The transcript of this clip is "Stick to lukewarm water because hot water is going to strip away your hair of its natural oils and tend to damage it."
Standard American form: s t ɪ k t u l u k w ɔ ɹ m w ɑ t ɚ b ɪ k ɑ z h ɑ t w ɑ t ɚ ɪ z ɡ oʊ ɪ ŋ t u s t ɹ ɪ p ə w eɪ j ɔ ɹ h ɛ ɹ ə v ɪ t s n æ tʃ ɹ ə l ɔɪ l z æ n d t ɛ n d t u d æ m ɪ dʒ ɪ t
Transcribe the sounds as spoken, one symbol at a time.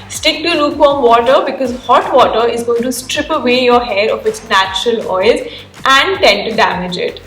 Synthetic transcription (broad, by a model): s t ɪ k t u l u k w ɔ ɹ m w ɑ t ɚ b ɪ k ɑ z h ɑ t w ɑ t ɚ ɪ z ɡ oʊ ɪ ŋ t u s t ɹ ɪ p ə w eɪ j ɔ ɹ h ɛ ɹ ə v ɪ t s n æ tʃ ɹ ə l ɔɪ l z æ n d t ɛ n t u d æ m ɪ dʒ ɪ t